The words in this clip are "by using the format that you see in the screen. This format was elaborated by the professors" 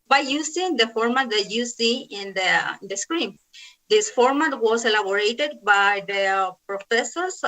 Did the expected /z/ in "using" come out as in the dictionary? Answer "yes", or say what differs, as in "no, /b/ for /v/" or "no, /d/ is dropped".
no, /s/ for /z/